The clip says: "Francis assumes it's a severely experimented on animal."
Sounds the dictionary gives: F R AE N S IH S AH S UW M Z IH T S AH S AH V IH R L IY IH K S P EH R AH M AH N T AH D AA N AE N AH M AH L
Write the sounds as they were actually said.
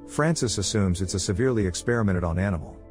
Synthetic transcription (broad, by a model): F R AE N S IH S AH S UW M Z IH T S AH S AH V IH R L IY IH K S P EH R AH M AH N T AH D N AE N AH M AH L